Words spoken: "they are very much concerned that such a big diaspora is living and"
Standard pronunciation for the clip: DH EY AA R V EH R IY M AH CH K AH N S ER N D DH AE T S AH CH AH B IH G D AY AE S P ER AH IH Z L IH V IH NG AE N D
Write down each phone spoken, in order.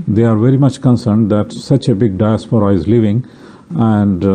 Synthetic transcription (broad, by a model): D EY AA R V EH R IY M AH CH K AH N S ER N D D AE T S AH CH AH B IH G D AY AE S P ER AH IH Z L IH V IH NG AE N D